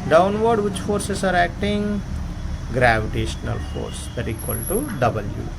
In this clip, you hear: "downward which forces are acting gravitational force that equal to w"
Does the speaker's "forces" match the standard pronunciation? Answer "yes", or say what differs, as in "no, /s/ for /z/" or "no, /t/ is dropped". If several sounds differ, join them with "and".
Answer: no, /s/ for /z/